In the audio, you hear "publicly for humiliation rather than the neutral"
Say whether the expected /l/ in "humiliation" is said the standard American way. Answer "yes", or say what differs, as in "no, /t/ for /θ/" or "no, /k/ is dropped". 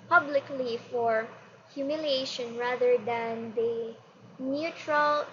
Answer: yes